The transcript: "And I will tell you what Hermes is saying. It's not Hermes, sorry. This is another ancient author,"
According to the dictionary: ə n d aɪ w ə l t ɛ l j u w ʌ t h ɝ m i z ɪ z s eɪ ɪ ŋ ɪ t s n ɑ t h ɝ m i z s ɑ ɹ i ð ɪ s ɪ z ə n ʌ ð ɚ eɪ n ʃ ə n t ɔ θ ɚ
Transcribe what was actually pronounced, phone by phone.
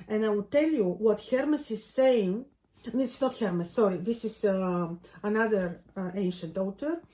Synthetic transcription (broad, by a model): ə n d aɪ w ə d t ɛ l j u w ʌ t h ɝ m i s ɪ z s eɪ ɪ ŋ ɪ t s n ɑ t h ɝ m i s ɑ ɹ i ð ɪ s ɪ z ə n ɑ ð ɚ eɪ n ʃ ə n t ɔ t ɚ